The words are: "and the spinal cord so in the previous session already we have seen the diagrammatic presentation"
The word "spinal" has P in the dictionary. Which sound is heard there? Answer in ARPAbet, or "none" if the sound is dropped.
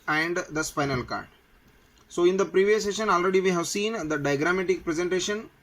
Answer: P